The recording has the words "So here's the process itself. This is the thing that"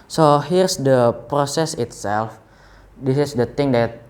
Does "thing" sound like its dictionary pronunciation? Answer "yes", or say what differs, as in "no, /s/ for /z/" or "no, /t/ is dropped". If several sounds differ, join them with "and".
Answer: no, /t/ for /θ/